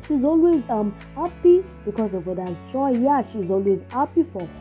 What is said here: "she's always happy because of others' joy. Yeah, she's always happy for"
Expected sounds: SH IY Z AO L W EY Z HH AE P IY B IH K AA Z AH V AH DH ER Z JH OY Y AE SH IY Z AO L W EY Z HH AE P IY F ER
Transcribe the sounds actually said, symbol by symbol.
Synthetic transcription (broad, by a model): SH IY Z AO L W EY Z HH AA P IY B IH K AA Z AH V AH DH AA JH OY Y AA SH IY Z AO L W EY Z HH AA P IY F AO